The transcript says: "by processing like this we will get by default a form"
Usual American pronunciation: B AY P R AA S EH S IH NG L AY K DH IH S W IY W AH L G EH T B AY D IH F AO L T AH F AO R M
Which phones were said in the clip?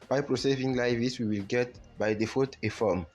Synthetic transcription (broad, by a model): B AY P R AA S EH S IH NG L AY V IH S W IY W AH L G EH T B AY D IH F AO T AH F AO M